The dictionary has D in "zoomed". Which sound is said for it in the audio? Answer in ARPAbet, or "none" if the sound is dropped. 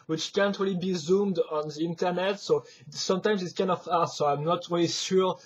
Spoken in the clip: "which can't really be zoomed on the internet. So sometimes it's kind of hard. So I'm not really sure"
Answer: D